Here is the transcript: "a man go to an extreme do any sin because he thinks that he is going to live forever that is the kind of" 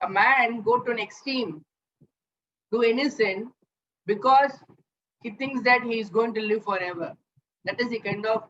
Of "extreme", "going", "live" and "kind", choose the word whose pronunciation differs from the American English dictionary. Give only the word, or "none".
extreme